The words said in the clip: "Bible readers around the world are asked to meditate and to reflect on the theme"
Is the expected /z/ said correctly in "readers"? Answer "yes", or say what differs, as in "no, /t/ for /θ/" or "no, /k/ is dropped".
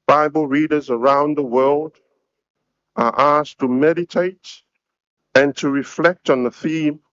yes